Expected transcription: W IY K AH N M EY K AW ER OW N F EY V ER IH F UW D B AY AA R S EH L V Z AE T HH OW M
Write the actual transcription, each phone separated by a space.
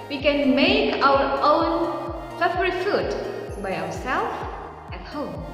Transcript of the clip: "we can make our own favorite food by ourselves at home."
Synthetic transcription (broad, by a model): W IY K AH N M EY K AW ER OW N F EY B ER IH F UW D B AY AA W S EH L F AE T HH OW M